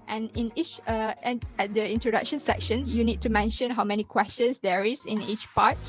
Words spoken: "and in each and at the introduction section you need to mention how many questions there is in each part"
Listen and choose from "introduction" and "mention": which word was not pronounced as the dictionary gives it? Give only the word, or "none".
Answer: none